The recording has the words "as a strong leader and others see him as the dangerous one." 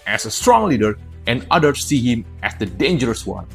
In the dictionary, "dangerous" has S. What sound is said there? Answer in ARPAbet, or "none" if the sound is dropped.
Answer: S